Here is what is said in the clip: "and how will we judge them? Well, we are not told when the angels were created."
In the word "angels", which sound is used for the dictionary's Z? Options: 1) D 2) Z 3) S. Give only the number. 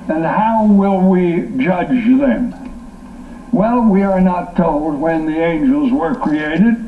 2